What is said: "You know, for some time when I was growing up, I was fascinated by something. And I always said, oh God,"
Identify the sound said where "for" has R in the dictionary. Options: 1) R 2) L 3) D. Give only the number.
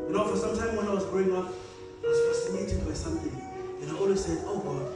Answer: 1